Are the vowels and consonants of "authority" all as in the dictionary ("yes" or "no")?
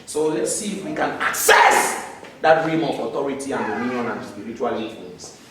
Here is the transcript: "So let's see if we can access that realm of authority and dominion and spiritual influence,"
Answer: no